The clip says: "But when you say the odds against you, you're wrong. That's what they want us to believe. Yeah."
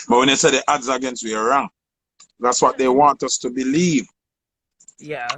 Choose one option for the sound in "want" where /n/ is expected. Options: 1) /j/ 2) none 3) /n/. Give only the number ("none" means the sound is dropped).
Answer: 3